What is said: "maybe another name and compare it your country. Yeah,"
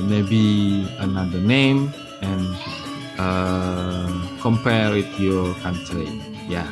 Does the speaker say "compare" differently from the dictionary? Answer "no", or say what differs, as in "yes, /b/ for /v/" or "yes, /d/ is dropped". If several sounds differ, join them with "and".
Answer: yes, /w/ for /ɹ/